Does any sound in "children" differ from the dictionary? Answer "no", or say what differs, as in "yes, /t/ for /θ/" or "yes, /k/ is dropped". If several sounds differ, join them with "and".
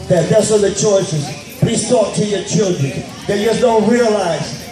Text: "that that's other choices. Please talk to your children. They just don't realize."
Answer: no